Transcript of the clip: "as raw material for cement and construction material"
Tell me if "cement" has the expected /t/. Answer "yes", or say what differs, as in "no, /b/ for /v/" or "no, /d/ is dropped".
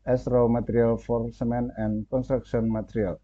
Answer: no, /t/ is dropped